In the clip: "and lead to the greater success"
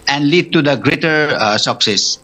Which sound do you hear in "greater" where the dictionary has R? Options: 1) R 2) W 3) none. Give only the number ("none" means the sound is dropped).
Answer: 1